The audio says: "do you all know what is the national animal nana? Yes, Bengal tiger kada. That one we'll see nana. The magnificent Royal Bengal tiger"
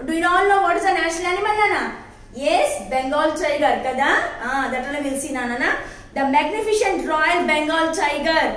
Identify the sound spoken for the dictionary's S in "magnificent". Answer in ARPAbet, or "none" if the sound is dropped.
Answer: SH